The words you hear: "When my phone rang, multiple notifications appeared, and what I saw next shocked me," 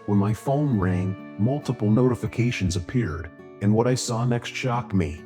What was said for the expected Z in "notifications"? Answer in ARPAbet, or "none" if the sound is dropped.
Z